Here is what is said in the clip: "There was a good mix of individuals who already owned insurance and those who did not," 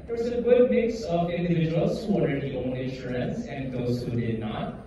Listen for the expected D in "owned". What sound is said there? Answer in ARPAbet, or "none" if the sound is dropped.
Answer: none